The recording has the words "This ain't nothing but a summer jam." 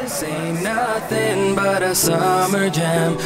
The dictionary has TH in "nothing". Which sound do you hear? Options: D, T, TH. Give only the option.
T